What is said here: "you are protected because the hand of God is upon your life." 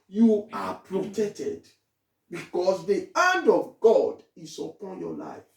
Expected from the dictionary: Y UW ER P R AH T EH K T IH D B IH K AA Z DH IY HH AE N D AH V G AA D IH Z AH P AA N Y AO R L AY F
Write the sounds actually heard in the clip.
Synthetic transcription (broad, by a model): Y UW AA P R AH T EH K T IH D B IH K AA S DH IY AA N D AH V G AA D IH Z AH P AA N Y AO L AY F